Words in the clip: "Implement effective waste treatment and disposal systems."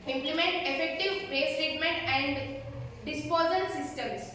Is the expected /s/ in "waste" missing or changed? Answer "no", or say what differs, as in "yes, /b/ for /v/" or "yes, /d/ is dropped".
yes, /s/ is dropped